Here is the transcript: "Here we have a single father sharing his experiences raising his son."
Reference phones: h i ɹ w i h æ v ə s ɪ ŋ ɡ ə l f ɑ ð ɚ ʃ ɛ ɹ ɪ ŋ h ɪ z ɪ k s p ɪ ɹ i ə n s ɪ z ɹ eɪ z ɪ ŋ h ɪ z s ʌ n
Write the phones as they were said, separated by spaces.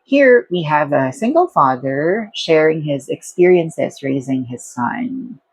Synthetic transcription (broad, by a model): h i ɹ w i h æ v ə s ɪ ŋ ɡ ə l f ɑ ð ɚ ʃ ɛ ɹ ɪ ŋ h ɪ z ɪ k s p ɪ ɹ i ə n s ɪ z ɹ eɪ z ɪ ŋ h ɪ z s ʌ n